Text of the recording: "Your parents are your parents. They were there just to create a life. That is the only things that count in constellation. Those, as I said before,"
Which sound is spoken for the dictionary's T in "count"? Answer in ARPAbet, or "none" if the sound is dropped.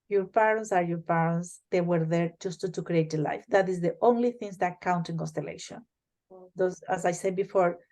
T